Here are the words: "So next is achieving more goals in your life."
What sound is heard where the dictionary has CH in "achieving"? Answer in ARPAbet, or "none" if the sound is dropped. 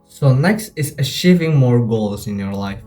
SH